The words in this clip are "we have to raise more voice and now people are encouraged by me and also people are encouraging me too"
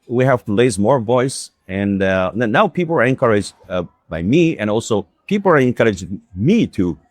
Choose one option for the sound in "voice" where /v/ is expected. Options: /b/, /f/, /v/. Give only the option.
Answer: /v/